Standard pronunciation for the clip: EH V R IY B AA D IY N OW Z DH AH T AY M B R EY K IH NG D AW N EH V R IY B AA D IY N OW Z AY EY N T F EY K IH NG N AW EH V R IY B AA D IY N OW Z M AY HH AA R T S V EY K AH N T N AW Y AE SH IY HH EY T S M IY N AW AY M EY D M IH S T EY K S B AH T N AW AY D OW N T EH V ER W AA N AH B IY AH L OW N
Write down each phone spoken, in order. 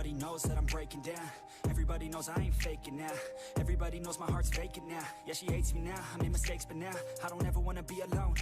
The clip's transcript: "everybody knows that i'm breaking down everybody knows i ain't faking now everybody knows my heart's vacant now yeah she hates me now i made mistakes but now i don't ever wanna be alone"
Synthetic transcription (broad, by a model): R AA D IY N OW Z DH AH T AY M B R EY K IH NG D AW N EH V R IY B AA D IY N OW Z AY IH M F EY K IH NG N AW EH V R IY B AA D IY N OW Z M AY HH AA R T S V EY K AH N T N AW Y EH SH IY HH EY T S M IY N AW AY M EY M IH S T EY K S B AH T N AW AY D OW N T EH V ER W AA N AH B IY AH L OW N